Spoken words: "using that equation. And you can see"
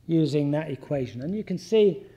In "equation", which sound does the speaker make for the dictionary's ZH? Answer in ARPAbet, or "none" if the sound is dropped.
ZH